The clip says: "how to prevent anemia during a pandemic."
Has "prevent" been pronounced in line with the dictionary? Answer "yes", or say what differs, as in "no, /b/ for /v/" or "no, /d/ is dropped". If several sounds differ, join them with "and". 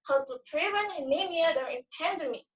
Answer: no, /t/ is dropped